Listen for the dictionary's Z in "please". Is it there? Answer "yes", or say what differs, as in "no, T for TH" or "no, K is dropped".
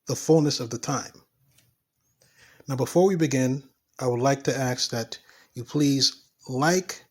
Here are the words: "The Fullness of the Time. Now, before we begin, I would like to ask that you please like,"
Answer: yes